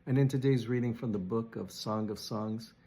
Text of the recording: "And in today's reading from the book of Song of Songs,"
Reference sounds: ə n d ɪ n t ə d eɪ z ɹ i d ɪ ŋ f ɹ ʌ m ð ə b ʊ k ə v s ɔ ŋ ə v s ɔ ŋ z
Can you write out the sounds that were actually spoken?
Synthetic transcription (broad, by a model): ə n ɪ n t ə d eɪ z ɹ i d ɪ ŋ f ɹ ʌ m ð ə b ʊ k ə v s ɔ ŋ ə v s ɔ ŋ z